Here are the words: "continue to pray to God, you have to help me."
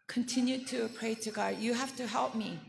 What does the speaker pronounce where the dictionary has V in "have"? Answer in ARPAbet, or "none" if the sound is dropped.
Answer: F